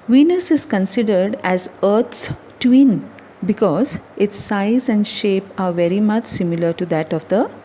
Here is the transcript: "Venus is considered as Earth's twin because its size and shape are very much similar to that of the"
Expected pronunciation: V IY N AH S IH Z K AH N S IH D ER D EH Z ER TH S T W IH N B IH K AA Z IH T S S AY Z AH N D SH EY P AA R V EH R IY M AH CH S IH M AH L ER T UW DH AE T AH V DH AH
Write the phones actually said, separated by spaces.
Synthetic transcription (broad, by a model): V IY N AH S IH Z K AH N S IH D ER D EH Z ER T S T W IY N B IH K AA Z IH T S S AY Z AH N D SH EY P AA R V EH R IY M AH CH S IH M AH L ER T UW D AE T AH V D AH